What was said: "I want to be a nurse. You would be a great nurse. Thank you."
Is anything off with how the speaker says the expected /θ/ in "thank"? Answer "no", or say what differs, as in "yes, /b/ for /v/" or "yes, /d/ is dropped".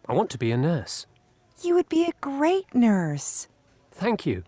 no